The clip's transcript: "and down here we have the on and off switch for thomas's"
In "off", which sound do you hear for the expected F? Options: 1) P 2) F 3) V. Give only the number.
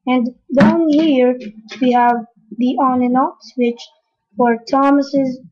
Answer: 1